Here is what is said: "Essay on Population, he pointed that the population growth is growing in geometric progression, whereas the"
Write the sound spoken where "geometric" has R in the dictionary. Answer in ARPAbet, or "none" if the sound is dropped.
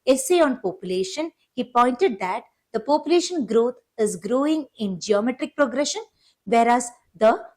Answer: R